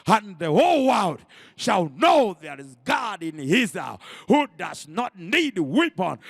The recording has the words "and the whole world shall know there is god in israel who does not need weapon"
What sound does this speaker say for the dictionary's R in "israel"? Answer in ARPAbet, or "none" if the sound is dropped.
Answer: none